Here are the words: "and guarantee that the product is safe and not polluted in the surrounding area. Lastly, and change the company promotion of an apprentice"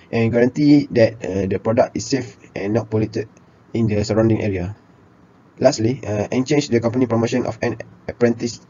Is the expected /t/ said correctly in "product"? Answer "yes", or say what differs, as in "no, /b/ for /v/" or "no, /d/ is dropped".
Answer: yes